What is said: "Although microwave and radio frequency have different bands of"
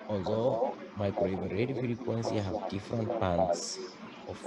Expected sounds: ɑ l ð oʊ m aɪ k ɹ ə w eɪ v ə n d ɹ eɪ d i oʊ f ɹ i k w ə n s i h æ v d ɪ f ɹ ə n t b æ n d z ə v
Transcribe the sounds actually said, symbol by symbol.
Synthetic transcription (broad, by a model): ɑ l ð oʊ m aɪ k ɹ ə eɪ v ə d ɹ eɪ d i f ɹ i k w ə n s i h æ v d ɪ f ɹ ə n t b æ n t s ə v